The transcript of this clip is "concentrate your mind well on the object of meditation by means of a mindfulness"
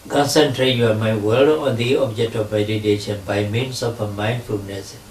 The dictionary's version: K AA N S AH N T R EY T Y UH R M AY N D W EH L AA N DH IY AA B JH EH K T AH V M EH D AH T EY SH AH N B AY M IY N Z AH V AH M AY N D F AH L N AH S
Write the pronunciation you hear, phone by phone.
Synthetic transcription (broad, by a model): K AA N S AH N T R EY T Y M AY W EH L AA N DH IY AA B JH EH K T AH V M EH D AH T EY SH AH N B AY M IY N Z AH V AH M AY N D F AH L N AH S